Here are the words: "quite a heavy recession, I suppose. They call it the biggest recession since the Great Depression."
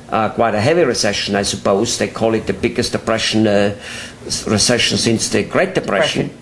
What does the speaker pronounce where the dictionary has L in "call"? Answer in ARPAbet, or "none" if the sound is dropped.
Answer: L